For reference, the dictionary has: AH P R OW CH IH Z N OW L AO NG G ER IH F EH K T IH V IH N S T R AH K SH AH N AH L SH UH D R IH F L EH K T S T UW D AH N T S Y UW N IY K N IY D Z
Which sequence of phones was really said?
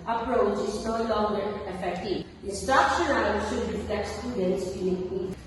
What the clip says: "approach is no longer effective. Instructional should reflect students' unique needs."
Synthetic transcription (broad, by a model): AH P R OW CH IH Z N OW L AO NG G ER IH F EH K T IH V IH S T AH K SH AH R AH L SH UH D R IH F L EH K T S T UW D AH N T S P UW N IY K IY